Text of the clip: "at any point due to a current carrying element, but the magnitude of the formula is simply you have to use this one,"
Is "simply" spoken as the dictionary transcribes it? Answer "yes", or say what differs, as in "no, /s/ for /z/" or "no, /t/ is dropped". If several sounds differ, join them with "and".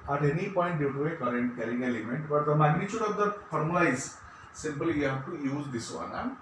no, /l/ is dropped